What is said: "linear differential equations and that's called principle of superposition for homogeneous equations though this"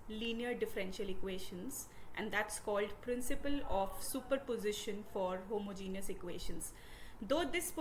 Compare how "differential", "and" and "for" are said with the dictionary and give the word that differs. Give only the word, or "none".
none